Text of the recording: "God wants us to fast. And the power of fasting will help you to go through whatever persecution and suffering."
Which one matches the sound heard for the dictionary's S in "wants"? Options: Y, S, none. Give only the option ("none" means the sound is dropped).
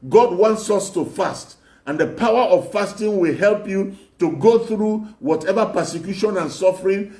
S